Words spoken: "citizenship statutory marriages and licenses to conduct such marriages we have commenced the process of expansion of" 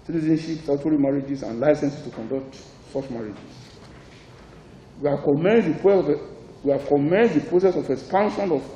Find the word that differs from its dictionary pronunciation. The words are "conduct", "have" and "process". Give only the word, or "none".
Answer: have